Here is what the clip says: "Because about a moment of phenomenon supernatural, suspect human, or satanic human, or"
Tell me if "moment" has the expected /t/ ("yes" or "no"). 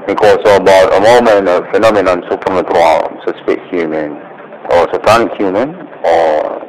no